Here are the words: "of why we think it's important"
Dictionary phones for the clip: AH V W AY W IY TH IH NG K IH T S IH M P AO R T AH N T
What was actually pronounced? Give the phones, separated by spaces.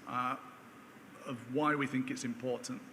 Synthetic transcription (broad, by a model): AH V W AY W IY TH IH NG K IH T S IH M P AO T N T